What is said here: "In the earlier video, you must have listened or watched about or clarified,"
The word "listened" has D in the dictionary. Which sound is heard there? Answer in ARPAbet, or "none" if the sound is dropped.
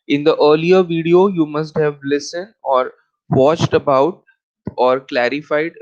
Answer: D